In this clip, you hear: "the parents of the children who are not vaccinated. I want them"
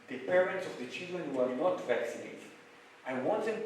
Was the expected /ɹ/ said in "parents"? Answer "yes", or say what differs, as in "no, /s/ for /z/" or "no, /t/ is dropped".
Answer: yes